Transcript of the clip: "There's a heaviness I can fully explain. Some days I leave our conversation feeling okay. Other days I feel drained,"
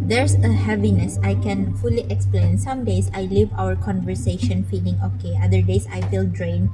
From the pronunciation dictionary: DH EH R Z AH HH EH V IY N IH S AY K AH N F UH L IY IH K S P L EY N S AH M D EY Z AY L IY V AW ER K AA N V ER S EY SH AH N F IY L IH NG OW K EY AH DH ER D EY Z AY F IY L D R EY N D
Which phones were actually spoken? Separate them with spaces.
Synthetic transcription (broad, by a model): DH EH R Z AH HH EH V IY N IH S AY K AH N F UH L IY IH K S P L EY N S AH M D EY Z AY L IY V AW ER K AA N V ER S EY SH AH N F IY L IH NG OW K EY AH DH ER D EY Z AY F IY L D R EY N